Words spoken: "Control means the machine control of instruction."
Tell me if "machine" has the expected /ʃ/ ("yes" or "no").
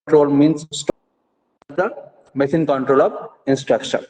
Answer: no